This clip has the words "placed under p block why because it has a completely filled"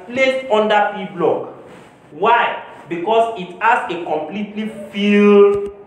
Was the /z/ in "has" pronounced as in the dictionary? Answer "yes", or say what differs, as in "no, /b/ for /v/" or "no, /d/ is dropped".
no, /s/ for /z/